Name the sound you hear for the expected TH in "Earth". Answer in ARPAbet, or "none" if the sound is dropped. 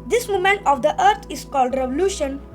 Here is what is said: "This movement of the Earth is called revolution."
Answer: T